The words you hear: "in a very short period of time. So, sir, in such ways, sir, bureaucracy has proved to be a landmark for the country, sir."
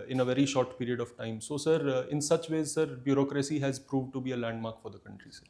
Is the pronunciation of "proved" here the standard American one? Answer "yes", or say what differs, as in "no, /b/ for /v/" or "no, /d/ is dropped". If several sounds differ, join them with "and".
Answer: yes